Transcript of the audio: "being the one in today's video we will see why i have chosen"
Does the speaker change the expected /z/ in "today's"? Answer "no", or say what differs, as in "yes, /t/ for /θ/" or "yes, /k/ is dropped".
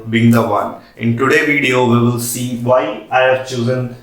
yes, /z/ is dropped